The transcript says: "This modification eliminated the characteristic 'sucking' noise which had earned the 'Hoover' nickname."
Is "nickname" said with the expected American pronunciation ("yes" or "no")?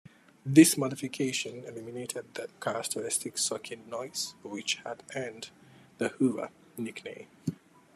no